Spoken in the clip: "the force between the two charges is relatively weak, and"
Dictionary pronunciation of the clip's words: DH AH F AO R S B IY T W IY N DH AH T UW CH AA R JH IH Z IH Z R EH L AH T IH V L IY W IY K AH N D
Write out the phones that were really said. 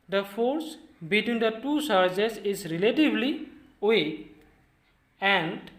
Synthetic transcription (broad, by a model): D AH F AO R S B IY T W IY N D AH T UW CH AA R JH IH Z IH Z R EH L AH T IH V L IY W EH AH N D